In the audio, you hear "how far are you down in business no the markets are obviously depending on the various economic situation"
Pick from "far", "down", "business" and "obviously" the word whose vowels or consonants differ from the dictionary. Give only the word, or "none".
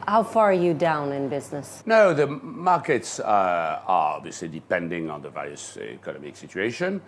none